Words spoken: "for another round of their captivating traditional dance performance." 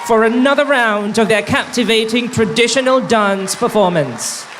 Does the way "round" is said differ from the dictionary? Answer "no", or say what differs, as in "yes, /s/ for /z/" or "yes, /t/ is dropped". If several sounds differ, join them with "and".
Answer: no